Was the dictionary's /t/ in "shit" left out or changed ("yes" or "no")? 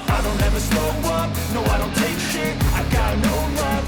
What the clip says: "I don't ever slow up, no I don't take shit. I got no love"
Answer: yes